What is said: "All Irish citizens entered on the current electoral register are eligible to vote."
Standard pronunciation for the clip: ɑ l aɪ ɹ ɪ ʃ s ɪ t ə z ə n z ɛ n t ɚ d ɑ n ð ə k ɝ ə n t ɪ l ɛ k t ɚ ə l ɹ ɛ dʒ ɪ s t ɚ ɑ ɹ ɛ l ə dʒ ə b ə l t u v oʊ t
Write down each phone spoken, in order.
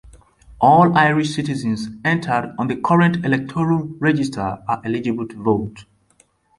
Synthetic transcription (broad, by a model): ɑ l aɪ ɹ ɪ ʃ s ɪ t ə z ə n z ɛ n t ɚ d ɑ n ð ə k ɝ ə n t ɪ l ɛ k t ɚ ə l ɹ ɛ dʒ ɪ s t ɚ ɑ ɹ ɛ l ə dʒ ə b ə l t u v oʊ t